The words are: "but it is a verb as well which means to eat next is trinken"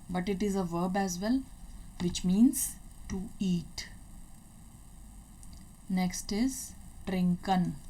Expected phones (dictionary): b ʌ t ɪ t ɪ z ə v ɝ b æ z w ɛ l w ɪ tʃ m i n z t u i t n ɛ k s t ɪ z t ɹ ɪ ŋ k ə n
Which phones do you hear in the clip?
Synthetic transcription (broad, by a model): b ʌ t ɪ t ɪ z ə v ɝ b æ z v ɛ l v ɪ tʃ m i n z t u i t n ɛ k s t ɪ z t ɹ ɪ ŋ k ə n